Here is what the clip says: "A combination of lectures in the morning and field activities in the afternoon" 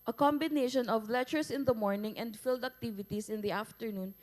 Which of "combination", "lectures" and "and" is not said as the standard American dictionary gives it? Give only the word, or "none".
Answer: lectures